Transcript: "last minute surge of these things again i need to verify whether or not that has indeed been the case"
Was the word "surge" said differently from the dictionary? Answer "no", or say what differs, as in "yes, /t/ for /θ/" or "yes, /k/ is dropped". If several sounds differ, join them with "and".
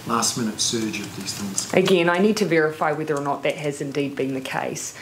no